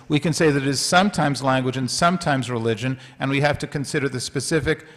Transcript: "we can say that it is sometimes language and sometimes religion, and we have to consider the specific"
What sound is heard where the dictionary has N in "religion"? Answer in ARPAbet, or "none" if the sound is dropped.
N